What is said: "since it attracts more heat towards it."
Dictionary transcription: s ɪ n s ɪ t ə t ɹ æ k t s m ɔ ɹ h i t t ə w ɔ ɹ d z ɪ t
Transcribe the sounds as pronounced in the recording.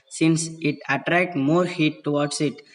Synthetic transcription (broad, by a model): s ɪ n s ɪ t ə t ɹ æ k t m ɔ ɹ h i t t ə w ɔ ɹ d s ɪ t